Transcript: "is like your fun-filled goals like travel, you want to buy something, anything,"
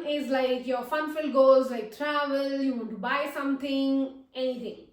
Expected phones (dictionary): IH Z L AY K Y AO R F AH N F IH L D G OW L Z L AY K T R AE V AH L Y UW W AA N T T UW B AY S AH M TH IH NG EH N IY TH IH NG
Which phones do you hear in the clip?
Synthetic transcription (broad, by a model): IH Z L AY K Y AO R F AH N F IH L G OW Z L AY K T R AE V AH L Y UW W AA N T T UW B AY S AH M T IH NG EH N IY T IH NG